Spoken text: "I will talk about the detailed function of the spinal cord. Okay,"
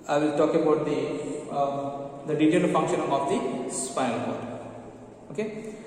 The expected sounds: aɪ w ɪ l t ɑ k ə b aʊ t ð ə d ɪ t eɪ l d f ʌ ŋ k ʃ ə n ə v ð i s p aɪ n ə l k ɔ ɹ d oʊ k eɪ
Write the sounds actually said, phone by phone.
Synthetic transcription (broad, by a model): aɪ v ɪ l t ɑ k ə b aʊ t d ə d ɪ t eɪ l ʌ f ʌ ŋ k ʃ ə n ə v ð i s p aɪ ə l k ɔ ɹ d oʊ k eɪ